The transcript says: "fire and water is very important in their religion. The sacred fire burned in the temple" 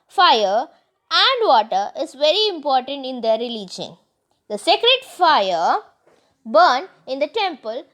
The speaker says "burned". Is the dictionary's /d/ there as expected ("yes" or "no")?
no